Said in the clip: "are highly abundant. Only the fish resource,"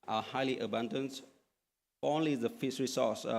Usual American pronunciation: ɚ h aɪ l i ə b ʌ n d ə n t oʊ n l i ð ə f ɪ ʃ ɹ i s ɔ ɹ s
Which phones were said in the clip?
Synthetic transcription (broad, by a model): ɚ h aɪ l i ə b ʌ n d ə n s oʊ n l i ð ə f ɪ s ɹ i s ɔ s